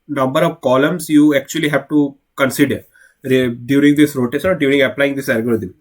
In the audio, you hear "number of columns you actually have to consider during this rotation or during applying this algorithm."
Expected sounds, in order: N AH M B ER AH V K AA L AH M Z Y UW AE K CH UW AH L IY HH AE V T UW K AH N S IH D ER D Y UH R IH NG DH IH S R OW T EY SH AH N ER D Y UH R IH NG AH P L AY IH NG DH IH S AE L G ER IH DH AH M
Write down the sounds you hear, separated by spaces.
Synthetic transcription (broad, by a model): N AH M B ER AH V K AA L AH M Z Y UW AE K CH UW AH L IY HH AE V T UW K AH N S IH D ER D Y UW R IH NG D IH S R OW T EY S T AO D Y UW R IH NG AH P L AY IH NG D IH S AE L G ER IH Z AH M